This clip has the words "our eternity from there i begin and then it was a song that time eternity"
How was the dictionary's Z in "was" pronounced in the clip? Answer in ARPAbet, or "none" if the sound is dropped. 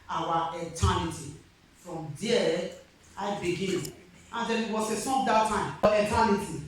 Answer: S